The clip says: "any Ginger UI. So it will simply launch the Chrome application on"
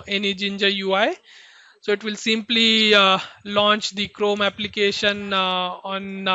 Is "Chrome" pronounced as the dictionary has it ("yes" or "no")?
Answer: yes